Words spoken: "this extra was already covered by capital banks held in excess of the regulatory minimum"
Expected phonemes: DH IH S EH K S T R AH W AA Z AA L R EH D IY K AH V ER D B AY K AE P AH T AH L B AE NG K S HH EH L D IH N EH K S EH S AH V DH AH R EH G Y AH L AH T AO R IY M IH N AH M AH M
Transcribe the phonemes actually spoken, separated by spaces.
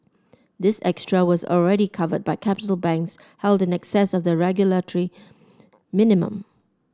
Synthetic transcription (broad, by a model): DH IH S EH K S T R AH W AA Z AA L R EH D IY K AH V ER D B AY K AE P AH T AH L B AE NG K S HH EH L D IH N EH K S EH S AH V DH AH R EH G Y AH L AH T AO R IY M IH N AH M AH M